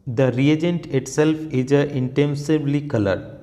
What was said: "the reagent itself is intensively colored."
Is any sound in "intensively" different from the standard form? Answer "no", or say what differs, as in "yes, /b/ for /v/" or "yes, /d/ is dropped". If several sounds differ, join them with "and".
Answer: yes, /b/ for /v/